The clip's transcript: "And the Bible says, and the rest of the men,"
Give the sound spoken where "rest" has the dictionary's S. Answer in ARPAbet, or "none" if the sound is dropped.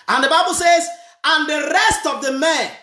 S